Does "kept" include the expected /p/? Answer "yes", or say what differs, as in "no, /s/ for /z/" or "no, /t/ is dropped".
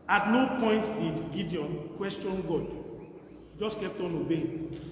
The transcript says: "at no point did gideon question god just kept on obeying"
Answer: no, /p/ is dropped